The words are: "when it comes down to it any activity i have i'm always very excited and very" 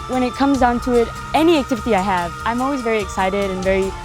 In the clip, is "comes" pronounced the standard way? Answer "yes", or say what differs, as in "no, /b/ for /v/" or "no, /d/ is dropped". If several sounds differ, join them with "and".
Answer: yes